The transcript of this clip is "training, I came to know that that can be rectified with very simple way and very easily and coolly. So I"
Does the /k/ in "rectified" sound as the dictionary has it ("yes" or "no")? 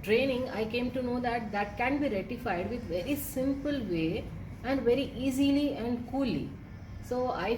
no